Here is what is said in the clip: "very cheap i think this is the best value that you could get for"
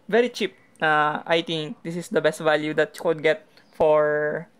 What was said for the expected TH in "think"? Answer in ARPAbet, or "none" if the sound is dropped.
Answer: T